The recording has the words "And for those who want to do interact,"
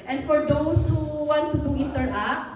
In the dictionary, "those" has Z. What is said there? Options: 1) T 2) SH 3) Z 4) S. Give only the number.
4